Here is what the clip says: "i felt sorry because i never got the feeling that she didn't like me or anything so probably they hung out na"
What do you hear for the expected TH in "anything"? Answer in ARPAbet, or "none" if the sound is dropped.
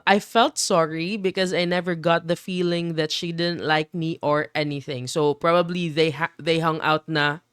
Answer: TH